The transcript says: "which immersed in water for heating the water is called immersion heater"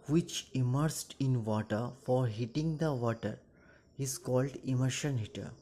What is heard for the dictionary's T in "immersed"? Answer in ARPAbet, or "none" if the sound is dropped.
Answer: T